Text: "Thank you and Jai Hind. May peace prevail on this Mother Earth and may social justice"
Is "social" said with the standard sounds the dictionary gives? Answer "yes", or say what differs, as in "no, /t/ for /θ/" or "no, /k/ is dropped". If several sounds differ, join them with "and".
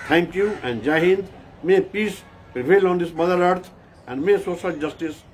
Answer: no, /s/ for /ʃ/